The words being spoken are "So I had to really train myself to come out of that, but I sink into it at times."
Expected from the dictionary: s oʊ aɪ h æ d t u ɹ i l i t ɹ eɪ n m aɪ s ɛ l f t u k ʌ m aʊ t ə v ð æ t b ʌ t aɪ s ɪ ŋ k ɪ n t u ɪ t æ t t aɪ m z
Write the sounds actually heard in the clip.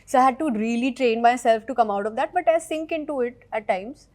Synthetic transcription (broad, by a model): s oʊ aɪ h æ d t u ɹ i l i t ɹ eɪ n m aɪ s ɛ l f t u k ʌ m aʊ t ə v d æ t b ʌ t aɪ s ɪ ŋ k ɪ n t u ɪ t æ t t aɪ m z